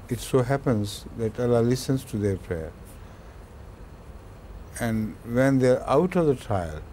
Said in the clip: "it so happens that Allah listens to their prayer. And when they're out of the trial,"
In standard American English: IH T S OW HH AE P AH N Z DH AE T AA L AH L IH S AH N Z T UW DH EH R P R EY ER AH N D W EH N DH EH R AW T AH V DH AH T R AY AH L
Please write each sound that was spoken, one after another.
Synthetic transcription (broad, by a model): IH T S OW HH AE P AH N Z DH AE T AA L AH L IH S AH N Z T UW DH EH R P R EY ER AH N D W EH N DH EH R AW T AH V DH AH T R AY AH L